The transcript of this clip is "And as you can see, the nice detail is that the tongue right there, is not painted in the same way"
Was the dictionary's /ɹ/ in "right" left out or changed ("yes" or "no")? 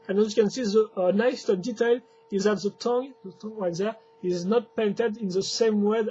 yes